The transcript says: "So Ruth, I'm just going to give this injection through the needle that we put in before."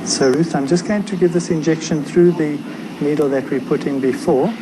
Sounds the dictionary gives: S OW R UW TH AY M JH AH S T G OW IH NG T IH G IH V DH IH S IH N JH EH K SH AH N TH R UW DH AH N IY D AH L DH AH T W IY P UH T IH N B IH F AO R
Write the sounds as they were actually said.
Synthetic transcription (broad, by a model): S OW R UW TH AY M JH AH S G OW IH NG T IH G IH V DH IH S IH N JH EH K SH AH N TH R UW DH AH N IY D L DH AH T W IY P UH T IH N B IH F AO R